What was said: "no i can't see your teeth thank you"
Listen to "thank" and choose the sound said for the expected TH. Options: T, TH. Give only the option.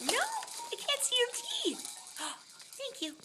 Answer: TH